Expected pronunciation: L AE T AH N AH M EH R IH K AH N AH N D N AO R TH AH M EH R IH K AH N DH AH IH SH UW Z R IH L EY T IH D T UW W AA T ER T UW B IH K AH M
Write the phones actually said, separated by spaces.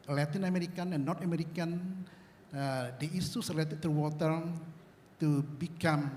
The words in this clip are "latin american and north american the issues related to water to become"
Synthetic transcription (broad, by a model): L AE T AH N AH M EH R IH K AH N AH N N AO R T AH M EH R IH K AH N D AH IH S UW S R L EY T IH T T UW W AA T ER T UW B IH K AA M